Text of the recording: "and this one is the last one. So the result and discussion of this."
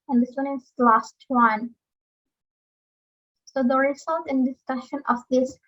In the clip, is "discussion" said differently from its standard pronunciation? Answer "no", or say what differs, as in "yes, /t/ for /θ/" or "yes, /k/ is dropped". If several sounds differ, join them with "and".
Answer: no